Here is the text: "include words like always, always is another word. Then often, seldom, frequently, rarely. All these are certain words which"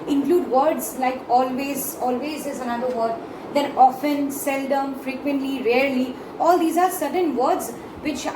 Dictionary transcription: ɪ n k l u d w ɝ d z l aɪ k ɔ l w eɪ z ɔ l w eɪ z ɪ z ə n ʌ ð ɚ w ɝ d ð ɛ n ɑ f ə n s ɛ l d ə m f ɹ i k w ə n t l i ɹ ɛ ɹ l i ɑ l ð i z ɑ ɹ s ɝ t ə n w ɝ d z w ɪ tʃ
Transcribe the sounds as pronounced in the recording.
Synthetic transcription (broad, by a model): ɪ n k l u d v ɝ d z l aɪ k ɔ l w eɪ z ɔ l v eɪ z ɪ z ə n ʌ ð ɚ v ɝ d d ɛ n ɑ f ə n s ɛ l d ə m f ɹ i k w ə n t l i ɹ ɛ ɹ l i ɑ l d i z ɑ ɹ s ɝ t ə n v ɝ d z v ɪ tʃ